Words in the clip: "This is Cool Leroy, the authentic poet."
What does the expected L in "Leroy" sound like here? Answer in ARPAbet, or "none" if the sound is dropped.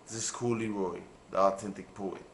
L